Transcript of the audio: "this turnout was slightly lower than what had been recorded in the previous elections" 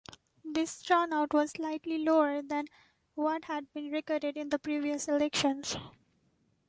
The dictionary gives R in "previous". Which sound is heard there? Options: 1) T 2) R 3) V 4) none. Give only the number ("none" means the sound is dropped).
2